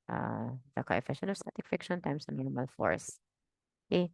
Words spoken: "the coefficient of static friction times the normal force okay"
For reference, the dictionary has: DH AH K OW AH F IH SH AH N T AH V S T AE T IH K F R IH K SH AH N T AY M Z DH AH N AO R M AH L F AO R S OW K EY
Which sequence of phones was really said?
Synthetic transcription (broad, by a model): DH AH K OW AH F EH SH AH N AH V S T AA T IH K F IH K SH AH N T AY M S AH N AO R M AH L F AO R S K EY